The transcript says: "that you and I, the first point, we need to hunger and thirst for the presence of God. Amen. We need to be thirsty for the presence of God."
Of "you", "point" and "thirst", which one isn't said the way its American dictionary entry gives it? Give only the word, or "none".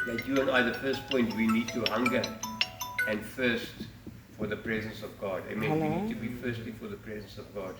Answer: thirst